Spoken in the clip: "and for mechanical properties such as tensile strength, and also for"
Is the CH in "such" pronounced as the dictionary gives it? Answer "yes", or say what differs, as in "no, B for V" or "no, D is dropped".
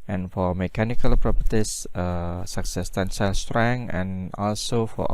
no, S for CH